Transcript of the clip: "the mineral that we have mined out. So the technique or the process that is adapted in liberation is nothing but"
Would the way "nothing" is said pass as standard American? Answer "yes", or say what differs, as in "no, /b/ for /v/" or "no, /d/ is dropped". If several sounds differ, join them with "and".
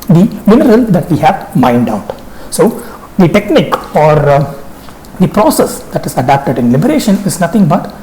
no, /t/ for /θ/